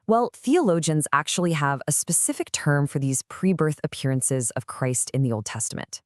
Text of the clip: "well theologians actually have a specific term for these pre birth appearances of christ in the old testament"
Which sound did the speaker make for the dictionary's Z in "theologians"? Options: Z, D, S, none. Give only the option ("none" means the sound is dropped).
Z